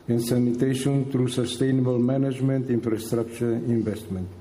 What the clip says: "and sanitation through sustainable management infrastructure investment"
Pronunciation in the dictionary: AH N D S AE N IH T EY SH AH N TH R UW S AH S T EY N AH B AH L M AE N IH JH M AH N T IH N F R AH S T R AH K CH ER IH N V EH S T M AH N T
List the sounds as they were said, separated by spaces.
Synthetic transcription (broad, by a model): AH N S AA N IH T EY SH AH N T R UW S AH S T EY N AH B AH L M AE N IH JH M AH N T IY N F R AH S T R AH K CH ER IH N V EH S T M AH N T